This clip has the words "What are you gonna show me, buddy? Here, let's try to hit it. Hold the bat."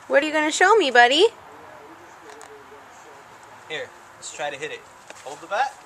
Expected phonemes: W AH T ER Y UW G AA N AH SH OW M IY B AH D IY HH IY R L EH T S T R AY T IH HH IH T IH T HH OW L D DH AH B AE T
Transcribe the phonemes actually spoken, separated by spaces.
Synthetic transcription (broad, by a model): W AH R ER Y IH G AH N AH SH OW M IY B AH D IY HH IY R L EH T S T R AY T IH HH IH T IH T HH OW L D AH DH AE T